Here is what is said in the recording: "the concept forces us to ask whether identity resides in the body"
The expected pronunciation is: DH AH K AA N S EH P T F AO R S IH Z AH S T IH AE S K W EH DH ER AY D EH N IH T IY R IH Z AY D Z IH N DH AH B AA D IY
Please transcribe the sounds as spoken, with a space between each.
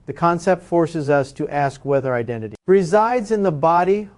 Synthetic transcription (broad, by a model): DH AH K AA N S EH P T F AO R S IH Z AH S T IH AE S K W EH DH ER AY D EH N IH T IY R IH Z AY D Z IH N DH AH B AA D IY